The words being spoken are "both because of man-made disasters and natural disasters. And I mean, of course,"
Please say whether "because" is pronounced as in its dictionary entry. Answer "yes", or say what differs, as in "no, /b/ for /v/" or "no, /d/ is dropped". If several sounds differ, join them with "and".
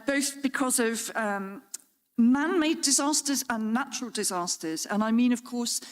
yes